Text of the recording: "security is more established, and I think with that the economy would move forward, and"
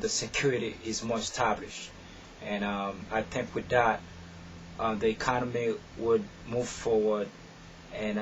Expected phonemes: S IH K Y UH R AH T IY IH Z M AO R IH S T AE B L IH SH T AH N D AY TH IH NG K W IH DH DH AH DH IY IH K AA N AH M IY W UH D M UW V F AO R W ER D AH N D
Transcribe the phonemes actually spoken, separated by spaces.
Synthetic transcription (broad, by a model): S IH K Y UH R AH T IY IH Z M AO R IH S T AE B L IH SH T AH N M AY TH IH NG K W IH DH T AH DH IY IH K AA N AH M IY W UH D M UW V F AO R W ER D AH N